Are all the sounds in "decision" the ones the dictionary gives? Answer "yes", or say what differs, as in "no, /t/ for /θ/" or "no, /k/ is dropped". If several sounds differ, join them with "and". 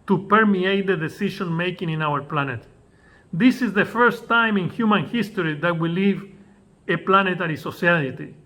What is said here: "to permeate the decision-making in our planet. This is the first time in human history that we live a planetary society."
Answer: no, /ʃ/ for /ʒ/